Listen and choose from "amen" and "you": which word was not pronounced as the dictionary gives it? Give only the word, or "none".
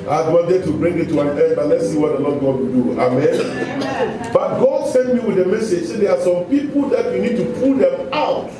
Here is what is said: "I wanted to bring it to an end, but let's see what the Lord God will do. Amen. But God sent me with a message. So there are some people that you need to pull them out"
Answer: none